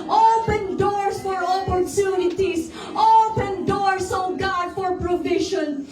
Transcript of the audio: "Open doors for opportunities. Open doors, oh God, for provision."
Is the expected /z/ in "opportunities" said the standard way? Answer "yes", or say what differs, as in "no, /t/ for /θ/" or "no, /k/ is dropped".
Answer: no, /s/ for /z/